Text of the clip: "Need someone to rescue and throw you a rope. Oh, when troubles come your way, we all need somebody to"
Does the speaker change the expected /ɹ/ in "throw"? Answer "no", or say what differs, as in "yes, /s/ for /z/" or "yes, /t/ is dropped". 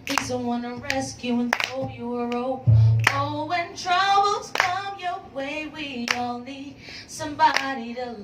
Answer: yes, /ɹ/ is dropped